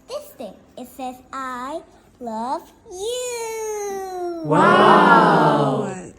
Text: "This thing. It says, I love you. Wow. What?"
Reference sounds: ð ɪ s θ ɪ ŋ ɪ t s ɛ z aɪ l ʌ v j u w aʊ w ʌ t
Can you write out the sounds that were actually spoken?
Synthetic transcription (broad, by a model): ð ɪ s t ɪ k ɪ t s ɛ z aɪ l ʌ v j u w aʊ